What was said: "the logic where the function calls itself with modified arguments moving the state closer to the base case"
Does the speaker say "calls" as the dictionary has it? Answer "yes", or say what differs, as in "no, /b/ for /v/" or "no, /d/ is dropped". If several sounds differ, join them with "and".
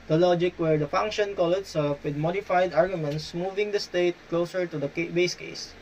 no, /z/ is dropped